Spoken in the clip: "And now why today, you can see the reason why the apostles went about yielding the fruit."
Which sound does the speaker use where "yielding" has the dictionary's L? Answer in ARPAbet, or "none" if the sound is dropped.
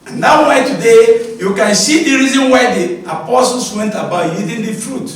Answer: none